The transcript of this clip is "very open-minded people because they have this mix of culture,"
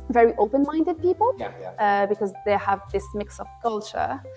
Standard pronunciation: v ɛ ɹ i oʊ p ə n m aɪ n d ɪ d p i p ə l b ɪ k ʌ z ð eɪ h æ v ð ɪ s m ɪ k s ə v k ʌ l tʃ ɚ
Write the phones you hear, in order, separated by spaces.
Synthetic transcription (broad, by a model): v ɛ ɹ i oʊ p ə n m aɪ n d ɪ d p i p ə l b ɪ k ʌ z ð eɪ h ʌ v ð ɪ s m ɪ k s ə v k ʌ l tʃ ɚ